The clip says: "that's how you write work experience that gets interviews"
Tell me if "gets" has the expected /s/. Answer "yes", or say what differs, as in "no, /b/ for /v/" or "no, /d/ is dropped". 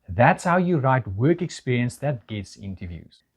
yes